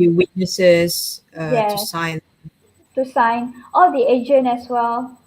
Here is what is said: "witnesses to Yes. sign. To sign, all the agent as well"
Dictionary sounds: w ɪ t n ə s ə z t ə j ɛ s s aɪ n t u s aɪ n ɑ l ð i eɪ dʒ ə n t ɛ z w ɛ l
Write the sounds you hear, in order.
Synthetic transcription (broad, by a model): w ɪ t n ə s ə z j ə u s s aɪ n t u s aɪ n ɑ l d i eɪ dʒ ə n ɛ s w ɛ l